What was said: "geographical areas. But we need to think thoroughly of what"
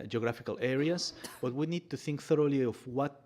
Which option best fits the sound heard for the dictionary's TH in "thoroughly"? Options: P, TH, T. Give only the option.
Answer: TH